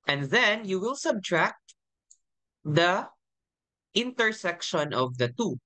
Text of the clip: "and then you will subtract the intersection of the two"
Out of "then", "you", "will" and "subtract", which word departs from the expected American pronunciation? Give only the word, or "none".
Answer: none